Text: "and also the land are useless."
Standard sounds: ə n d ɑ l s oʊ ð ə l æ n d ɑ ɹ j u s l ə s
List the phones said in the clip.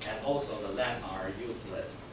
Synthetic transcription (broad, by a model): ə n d ɑ l s oʊ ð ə l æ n ɑ ɹ j u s l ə s